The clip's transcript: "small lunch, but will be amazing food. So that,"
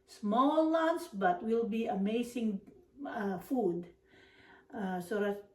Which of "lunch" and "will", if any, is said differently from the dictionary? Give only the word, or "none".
lunch